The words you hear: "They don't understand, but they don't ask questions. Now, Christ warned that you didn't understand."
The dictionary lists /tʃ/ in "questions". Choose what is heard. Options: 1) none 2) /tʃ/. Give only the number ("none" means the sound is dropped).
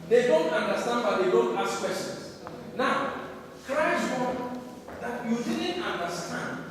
1